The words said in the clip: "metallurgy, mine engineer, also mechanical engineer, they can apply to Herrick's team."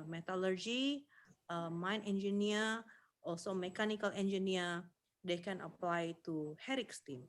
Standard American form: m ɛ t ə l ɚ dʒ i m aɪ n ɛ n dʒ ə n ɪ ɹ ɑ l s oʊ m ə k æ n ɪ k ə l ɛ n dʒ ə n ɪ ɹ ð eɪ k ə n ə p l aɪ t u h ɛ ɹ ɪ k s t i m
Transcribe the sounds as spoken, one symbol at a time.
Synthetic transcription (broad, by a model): m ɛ t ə l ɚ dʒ i m aɪ n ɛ n dʒ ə n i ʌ ɑ l s oʊ m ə k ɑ n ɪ k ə l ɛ n dʒ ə n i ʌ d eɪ k ə n ə p l aɪ t u h ɛ ɹ ɪ k s t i m